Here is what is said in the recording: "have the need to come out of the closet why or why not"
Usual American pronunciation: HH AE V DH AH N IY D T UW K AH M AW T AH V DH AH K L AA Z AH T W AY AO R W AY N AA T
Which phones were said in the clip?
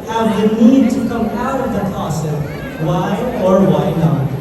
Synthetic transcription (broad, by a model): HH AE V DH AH N IY D T UW K AH M AW T AH V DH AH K AA S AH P W AY AO R W AY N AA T